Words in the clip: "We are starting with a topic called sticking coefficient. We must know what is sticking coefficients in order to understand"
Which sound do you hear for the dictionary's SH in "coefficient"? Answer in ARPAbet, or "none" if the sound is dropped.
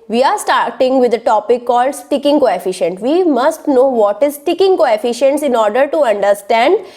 SH